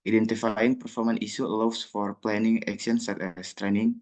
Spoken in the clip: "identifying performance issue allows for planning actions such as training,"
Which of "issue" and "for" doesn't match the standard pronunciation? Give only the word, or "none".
issue